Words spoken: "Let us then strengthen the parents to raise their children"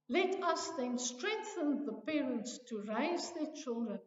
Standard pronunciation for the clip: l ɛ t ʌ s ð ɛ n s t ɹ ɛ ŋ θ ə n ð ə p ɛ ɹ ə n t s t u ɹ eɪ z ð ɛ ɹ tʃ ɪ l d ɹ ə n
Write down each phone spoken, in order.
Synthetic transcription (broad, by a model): l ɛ t ʌ s ð ɛ n s t ɹ ɛ ŋ θ ə n ð ə p ɛ ɹ ə n t s t u ɹ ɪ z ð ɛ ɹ tʃ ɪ l d ɹ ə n